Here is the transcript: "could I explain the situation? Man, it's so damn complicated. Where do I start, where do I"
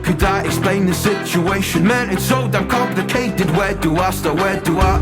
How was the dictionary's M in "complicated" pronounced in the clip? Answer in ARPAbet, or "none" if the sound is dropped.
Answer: none